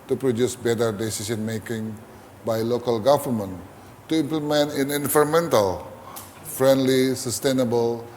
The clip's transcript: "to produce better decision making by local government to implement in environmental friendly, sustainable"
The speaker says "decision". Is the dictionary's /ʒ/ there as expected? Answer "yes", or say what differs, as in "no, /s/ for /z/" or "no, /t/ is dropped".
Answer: no, /s/ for /ʒ/